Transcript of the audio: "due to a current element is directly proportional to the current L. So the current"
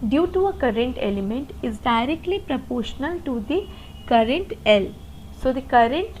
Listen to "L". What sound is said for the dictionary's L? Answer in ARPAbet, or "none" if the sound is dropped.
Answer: L